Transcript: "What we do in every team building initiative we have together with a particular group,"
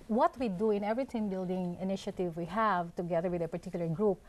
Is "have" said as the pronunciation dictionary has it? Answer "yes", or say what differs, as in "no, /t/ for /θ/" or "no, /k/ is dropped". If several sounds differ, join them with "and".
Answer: yes